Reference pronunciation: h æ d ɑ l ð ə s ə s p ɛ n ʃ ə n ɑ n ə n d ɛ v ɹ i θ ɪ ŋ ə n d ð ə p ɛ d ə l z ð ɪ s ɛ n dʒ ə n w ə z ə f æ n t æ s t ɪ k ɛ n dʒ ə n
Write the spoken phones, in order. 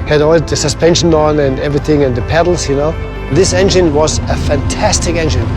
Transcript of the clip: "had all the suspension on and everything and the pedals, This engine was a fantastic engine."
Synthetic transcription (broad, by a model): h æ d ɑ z ð ə s ə s p ɛ n ʃ ə n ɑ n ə n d ɛ v ɹ i θ ɪ ŋ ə n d ð ə p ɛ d l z ð ɪ s ɛ n dʒ ə n w ə z ə f æ n t æ s t ɪ k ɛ n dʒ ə n